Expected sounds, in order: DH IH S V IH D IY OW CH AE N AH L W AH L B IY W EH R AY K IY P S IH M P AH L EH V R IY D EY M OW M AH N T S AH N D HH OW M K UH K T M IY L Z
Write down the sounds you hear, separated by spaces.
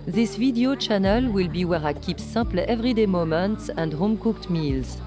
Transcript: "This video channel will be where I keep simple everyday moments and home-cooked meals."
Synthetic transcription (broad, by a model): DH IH S V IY D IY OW CH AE N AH L W AH L B IY W EH R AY K IY P S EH P L EH V R IY D EY M OW M AH N T S AH N D HH OW M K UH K T M IY L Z